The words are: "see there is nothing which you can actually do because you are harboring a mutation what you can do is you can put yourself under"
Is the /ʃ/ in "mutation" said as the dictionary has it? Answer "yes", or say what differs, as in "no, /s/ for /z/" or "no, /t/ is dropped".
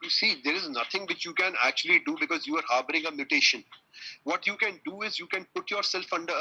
yes